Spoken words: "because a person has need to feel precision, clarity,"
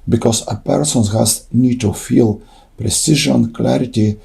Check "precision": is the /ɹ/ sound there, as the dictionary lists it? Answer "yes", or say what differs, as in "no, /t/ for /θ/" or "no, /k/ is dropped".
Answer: yes